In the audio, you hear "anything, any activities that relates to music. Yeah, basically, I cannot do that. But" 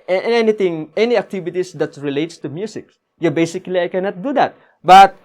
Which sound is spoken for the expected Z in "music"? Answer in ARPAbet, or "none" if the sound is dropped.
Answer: S